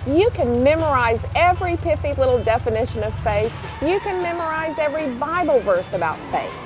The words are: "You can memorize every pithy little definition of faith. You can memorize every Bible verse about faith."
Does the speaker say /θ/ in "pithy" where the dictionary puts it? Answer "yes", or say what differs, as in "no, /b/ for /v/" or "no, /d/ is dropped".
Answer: no, /f/ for /θ/